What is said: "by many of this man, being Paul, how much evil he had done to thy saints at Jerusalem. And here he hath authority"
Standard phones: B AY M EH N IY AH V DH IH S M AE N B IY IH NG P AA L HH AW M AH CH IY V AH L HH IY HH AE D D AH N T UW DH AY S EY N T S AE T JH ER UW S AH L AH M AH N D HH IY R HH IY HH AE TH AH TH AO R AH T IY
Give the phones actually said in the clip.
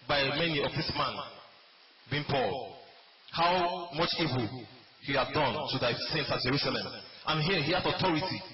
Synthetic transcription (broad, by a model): B AY M EH N IY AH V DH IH S M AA N B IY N P AA L HH AW M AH CH IY V AH L HH IY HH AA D D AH N T UW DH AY S EY N T S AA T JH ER UW S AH L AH M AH N HH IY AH HH IY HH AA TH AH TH AO R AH T IY